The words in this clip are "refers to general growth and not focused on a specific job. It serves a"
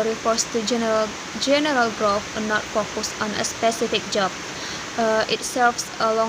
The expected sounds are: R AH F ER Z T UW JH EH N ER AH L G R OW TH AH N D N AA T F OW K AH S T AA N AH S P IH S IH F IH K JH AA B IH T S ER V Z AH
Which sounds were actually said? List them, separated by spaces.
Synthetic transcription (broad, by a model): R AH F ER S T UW JH EH N ER AH L G R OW F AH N N AA T F OW K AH S AA N AH S P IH S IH F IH K JH AA B IH T S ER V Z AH